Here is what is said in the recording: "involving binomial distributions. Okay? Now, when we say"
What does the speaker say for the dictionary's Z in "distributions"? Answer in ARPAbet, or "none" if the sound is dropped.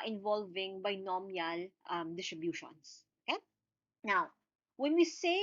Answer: S